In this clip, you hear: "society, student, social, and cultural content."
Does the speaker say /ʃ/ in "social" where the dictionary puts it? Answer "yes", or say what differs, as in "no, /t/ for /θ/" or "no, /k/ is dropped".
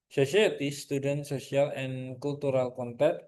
no, /s/ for /ʃ/